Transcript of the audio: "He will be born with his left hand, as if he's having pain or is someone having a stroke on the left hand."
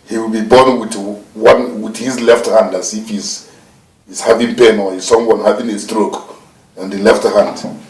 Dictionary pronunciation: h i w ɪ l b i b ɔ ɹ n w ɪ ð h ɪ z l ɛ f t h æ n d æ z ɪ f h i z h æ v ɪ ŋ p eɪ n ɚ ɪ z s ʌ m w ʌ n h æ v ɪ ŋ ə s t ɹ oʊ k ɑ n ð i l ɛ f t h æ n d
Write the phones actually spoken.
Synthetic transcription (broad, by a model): h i w ɪ l b i b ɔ w n w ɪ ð h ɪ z l ɛ f t h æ n d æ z ɪ f h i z h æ v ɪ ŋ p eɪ n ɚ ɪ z s ʌ m w ʌ n h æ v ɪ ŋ ə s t ɹ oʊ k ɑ n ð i l ɛ f t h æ n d